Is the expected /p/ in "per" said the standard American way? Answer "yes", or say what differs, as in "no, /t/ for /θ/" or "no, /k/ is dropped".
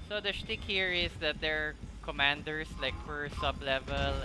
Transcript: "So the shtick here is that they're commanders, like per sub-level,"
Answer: no, /f/ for /p/